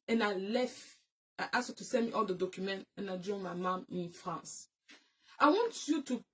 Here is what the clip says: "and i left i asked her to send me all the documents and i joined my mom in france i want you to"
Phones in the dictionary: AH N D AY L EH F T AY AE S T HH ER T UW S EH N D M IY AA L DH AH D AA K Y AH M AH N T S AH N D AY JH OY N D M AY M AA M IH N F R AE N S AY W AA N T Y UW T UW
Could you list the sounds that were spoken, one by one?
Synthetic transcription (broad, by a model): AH N AY L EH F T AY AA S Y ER T UW S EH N M IY AA L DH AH D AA K Y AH M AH N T AH N AY JH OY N M AY M AA M IH N F R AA N S AY W AA N T Y UW T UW